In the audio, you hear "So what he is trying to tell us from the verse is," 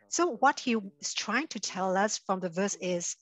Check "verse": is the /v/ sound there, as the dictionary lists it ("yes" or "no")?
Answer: yes